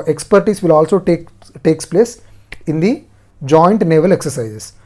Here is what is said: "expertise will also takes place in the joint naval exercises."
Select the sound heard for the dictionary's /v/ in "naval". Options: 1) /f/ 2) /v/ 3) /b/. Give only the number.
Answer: 2